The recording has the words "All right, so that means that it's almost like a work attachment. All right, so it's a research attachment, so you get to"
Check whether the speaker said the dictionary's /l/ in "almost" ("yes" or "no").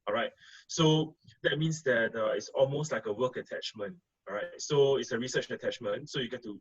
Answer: yes